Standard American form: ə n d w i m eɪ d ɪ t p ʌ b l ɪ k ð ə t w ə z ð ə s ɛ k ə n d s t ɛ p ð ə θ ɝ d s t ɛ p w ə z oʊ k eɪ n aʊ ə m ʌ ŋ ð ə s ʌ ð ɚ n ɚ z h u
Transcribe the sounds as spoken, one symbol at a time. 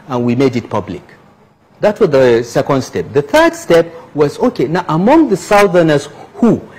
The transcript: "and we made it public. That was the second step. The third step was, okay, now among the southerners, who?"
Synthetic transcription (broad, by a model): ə n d w i m eɪ d ɪ t p ʌ b l ɪ k ð ə t w ə z ð ə s ɛ k ə n d s t ɛ p ð ə θ ɝ d s t ɛ p w ə z oʊ k eɪ n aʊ ə m ʌ ŋ ð ə s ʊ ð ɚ n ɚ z h u